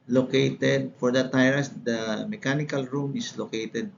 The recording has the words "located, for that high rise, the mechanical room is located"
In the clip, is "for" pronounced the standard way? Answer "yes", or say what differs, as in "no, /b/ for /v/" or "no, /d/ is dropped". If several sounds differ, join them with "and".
yes